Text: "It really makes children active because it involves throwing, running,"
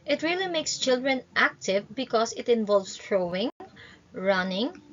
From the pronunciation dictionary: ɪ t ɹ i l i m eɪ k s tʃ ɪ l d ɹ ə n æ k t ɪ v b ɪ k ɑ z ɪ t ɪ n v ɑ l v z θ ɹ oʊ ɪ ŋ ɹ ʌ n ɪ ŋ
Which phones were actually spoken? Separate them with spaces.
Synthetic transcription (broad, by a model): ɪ t ɹ i l i m eɪ k s tʃ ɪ l d ɹ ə n æ k t ɪ v b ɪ k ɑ s ɪ t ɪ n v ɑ l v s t ɹ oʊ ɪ ŋ ɹ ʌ n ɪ ŋ